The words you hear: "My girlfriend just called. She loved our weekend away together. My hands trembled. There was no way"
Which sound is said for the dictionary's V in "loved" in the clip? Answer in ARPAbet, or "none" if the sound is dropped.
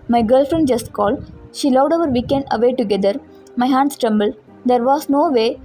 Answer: none